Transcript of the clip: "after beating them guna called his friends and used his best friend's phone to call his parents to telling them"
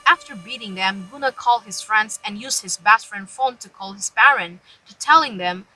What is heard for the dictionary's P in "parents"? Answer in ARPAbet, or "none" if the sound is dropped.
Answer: B